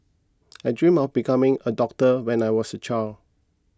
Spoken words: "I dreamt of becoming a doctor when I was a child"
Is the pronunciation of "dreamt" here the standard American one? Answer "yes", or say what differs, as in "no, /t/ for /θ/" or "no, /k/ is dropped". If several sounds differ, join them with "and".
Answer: no, /t/ is dropped